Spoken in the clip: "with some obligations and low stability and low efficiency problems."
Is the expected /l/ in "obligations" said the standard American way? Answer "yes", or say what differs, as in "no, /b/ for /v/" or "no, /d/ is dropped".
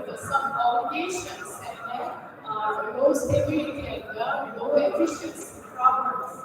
no, /l/ is dropped